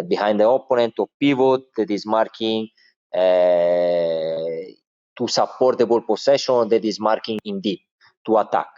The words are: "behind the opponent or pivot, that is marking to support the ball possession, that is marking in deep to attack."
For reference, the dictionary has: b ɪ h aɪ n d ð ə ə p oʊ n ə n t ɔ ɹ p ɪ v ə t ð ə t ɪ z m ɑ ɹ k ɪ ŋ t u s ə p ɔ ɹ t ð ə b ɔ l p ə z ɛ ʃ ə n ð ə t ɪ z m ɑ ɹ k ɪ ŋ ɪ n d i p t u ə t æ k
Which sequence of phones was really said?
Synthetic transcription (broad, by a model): b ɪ h aɪ n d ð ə ə p oʊ n ə n t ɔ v p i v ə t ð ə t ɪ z m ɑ ɹ k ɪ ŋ t u s ə p ɔ ɹ t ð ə b ɔ l p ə s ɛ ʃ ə n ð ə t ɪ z m ɑ ɹ k ɪ ŋ ɪ n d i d t u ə t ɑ k